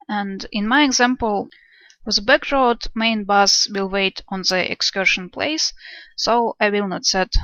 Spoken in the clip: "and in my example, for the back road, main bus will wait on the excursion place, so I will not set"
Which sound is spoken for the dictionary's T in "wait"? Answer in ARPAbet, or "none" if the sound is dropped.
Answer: T